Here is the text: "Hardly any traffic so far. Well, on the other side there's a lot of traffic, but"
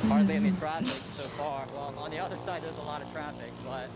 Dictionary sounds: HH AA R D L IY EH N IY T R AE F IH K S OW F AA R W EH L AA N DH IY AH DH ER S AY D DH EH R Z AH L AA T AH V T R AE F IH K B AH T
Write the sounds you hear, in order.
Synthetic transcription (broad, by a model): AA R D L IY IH L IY T R AE F IH K S OW F AA R W EH L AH N DH IY AH DH ER S AY D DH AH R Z AH L AA T AH V T R AE F IH K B AH T